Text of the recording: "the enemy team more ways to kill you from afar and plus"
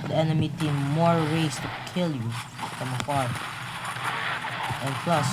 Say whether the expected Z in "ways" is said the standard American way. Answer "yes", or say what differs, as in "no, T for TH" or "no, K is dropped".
no, S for Z